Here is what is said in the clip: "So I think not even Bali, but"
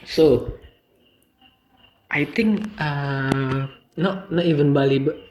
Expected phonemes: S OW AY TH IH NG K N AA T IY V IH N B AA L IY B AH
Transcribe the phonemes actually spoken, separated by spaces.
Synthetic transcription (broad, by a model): S OW AY T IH NG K N AA T IY V IH N B AA L IY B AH